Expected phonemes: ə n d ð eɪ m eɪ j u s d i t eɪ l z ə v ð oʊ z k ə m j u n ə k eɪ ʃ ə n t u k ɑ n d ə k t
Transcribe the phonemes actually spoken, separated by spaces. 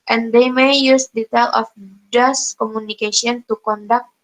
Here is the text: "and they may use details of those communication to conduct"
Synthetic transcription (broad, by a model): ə n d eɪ m eɪ j u s d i t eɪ l ə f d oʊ s k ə m u n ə k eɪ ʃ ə n t u k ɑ n d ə k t